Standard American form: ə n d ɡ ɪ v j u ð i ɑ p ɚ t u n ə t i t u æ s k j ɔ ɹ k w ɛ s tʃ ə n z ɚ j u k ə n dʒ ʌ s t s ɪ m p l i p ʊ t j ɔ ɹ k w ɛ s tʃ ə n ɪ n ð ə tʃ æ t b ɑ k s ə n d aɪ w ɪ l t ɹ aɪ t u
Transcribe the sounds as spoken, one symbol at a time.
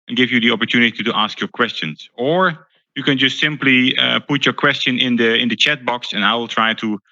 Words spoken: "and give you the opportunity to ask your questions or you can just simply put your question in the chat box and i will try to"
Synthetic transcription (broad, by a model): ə n ɡ ɪ v j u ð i ɑ p ɚ t u n ə t i t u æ s k j ɔ ɹ k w ɛ s tʃ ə n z ɚ j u k ə n dʒ ʌ s t s ɪ m p l i p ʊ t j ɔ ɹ k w ɛ s tʃ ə n ɪ n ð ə tʃ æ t b ɑ k s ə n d aɪ w ɪ l t ɹ aɪ t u